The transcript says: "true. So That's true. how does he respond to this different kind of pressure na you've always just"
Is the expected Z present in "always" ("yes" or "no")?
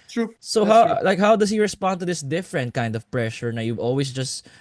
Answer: no